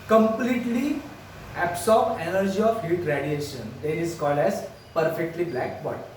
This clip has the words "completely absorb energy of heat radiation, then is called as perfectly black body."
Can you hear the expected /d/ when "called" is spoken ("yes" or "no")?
yes